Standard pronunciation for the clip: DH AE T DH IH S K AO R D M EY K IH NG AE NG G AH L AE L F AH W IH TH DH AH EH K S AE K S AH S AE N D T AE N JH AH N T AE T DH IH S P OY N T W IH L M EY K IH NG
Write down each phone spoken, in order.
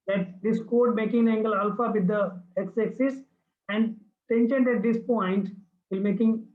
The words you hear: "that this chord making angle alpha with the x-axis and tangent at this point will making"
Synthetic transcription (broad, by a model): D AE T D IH S K AO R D M EY K IH NG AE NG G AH L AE L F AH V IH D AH EH K S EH K S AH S AE N D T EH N SH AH N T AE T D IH S P OY N T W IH L M EY K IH NG